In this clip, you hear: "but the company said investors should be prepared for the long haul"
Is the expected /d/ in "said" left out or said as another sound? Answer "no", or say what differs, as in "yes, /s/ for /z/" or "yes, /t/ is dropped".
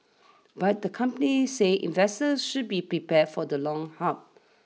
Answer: yes, /d/ is dropped